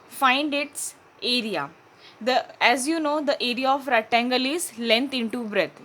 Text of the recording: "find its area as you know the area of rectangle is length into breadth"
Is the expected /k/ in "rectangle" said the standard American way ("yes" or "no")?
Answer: no